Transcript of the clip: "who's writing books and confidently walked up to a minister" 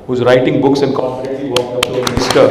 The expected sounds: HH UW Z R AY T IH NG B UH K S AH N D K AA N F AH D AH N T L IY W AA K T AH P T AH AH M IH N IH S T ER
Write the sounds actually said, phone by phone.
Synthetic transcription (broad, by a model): HH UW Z R AY T IH NG B UH K S AH N D K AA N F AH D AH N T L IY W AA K AH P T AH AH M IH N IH S T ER